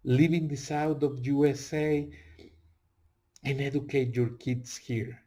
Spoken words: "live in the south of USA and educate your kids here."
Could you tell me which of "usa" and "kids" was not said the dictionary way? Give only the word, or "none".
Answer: kids